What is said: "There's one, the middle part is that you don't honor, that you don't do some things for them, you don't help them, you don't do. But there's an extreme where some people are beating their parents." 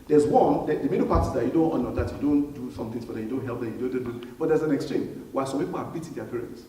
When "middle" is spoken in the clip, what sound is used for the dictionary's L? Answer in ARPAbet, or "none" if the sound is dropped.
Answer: N